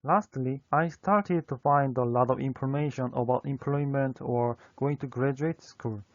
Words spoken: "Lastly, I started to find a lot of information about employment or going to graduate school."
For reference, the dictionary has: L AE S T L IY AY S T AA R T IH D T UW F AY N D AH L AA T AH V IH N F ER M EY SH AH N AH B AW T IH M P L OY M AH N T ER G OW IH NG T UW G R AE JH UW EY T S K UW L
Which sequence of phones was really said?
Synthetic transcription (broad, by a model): L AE S T L IY AY S T AA R T IH D T UW F AY N D AH L AA T AH V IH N F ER M EY SH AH N AH B AW T IH M P L OY M AH N T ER G OW IH NG T UW G R AE JH UW EY T S K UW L